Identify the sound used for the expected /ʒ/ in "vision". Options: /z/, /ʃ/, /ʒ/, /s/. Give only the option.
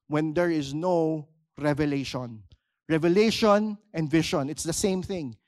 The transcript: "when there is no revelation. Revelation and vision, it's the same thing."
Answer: /ʃ/